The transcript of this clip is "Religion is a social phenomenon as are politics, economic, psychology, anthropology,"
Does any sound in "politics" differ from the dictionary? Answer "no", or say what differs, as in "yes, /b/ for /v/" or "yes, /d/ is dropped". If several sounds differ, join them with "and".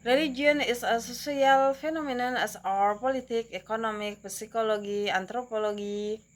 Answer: yes, /s/ is dropped